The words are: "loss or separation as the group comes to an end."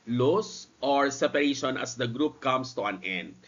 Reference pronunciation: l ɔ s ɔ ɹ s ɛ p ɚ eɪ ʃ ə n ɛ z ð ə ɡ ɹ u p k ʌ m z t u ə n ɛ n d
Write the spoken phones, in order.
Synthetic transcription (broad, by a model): l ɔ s ɔ ɹ s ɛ p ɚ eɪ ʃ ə n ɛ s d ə ɡ ɹ u p k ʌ m s t u ə n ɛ n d